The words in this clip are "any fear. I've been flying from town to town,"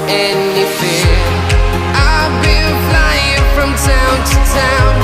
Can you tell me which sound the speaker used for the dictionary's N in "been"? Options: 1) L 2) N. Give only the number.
1